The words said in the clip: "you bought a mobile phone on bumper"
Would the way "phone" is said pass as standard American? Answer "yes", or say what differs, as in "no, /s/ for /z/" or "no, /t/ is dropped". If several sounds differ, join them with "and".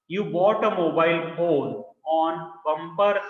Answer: no, /l/ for /n/